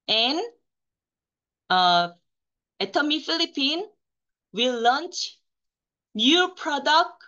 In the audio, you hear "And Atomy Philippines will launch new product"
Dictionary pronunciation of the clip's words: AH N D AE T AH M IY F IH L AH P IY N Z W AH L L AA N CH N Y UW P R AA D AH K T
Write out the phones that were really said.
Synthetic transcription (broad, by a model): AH N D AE T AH M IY F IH L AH P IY N W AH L L AA N CH N Y UW P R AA D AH K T